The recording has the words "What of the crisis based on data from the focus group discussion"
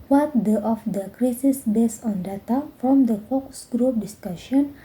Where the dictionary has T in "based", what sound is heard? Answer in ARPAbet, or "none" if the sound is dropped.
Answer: none